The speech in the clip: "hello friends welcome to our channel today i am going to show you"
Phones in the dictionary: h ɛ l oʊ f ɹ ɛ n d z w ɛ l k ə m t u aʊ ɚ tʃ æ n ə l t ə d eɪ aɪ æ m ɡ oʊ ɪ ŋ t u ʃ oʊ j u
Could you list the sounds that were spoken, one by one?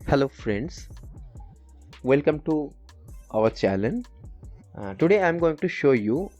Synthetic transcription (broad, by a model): h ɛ l oʊ f ɹ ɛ n d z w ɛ l k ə m t u aʊ ɚ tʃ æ l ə n t ə d eɪ aɪ m ɡ oʊ ɪ ŋ t u ʃ oʊ j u